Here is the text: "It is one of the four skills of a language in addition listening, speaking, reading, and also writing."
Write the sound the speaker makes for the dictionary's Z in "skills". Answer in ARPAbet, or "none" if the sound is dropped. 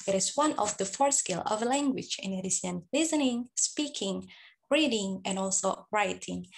none